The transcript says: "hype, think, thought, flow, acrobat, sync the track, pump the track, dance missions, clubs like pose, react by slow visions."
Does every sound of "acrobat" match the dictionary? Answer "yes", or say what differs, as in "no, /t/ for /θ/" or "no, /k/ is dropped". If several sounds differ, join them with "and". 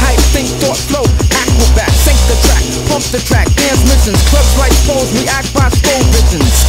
no, /ɹ/ is dropped